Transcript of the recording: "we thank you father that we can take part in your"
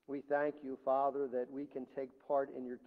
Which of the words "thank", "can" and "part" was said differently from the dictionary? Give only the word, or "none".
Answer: none